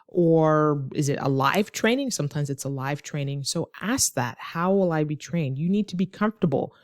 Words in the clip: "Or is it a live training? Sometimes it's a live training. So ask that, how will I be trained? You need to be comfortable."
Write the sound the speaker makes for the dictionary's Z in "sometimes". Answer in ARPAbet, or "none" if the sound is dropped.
Z